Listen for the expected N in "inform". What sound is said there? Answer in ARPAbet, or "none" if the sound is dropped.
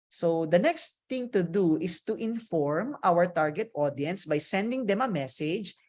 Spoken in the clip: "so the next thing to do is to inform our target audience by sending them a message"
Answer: N